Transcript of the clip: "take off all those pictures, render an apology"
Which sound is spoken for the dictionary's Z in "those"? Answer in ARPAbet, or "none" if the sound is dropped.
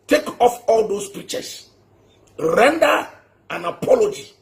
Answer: S